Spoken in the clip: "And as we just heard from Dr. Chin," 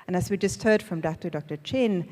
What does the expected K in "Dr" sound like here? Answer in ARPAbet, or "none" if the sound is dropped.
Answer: K